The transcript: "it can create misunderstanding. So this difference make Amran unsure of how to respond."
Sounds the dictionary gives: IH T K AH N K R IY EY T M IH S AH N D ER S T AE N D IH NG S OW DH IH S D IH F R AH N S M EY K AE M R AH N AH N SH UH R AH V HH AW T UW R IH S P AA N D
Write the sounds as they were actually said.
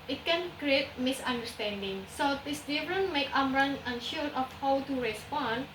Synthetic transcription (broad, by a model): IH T K AH N K R IY EY T M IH S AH N D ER S T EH N D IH NG S OW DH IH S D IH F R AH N M EY K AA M R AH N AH N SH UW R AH F HH AW T UW R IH S P AA N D